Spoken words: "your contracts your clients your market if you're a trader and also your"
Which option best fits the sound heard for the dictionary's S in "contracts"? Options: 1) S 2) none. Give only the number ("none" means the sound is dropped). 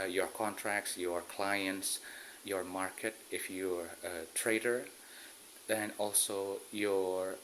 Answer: 1